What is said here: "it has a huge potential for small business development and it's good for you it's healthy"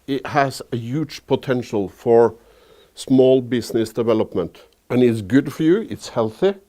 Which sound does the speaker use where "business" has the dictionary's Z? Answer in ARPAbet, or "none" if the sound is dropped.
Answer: S